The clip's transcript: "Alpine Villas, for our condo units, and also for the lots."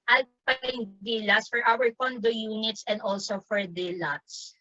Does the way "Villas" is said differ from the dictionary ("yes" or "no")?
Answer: yes